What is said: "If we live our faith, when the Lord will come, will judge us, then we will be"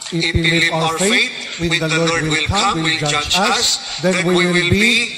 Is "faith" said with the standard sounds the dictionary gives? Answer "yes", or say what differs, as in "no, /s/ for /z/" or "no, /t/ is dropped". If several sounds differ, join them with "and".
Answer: no, /t/ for /θ/